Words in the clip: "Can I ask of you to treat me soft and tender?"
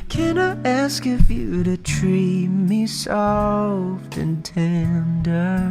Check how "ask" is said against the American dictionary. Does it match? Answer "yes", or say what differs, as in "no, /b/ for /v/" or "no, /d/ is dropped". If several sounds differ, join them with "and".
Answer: yes